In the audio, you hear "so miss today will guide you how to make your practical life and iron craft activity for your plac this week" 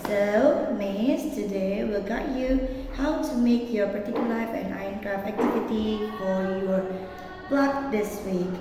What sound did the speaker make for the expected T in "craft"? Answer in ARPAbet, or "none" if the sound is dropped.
none